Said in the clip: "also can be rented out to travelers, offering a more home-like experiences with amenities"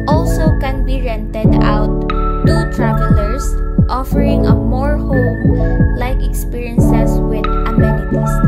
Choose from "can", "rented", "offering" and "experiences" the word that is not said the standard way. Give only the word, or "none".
experiences